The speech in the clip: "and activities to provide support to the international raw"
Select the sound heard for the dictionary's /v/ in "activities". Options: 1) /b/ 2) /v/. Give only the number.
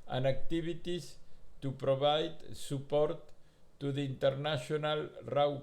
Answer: 1